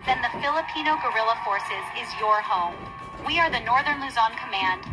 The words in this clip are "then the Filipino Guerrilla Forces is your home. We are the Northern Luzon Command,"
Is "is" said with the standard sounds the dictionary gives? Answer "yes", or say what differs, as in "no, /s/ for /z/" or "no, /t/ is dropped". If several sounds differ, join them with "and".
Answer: yes